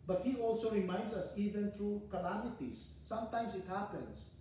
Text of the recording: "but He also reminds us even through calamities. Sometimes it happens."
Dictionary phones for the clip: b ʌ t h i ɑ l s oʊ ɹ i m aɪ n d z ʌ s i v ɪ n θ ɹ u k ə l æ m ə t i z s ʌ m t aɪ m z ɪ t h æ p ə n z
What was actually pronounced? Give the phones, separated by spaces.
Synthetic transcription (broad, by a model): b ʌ t h i ɑ l s oʊ ɹ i m aɪ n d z ʌ s i v ɪ n t ɹ u k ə l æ m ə t i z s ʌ m t aɪ m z ɪ t h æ p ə n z